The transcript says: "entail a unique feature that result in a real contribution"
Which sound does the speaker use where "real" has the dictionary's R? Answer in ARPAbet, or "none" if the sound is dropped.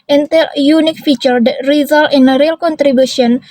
R